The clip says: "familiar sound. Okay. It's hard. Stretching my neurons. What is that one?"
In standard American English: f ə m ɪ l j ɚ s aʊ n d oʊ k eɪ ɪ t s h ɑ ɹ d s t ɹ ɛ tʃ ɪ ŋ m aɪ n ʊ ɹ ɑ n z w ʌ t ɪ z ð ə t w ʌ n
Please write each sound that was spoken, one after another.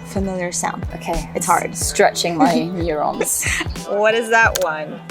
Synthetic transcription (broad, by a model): f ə m ɪ l j ɚ s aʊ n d oʊ k eɪ ɪ t s h ɑ ɹ d s t ɹ ɛ tʃ ɪ ŋ m aɪ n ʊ ɹ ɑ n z w ʌ t ɪ z ð ə t w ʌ n